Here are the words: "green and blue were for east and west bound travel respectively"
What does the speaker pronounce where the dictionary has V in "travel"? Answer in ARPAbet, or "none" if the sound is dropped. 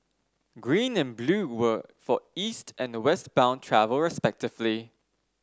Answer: V